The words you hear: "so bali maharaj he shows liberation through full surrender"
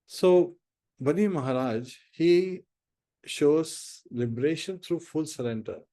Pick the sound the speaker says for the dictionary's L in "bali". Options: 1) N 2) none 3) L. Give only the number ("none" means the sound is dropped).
1